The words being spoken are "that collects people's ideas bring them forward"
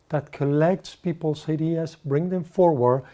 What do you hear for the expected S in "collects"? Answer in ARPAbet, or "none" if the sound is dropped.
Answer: S